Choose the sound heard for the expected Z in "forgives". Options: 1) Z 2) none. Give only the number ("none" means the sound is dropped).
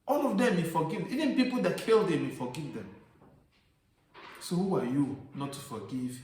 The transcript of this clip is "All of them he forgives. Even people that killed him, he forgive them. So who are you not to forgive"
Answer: 2